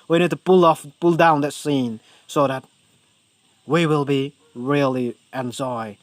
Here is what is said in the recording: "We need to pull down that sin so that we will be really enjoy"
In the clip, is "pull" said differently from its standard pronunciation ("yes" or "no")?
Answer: no